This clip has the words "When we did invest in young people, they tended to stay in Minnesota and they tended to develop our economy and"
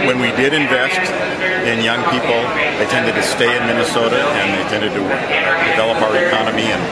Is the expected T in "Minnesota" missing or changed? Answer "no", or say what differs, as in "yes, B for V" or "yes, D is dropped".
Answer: no